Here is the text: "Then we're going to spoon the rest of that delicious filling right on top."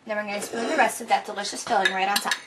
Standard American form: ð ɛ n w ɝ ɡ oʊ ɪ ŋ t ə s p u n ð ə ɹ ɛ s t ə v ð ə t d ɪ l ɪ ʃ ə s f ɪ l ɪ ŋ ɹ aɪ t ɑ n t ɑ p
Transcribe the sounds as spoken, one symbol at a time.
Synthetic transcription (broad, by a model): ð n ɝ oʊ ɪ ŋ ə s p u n ð ə ɹ ɛ s t ə v ð ə t d ɪ l ɪ ʃ ə s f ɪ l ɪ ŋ ɹ aɪ t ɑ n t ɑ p